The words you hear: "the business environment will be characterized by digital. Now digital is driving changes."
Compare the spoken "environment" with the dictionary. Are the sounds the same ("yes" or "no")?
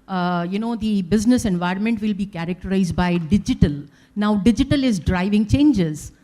yes